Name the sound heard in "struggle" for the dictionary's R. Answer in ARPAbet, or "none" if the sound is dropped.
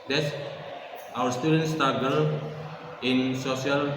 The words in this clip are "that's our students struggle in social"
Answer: none